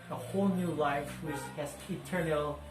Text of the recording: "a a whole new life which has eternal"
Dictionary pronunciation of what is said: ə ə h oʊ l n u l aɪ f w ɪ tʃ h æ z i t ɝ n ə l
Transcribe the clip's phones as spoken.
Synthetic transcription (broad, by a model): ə ə h oʊ l n u l aɪ f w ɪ s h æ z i t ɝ n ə l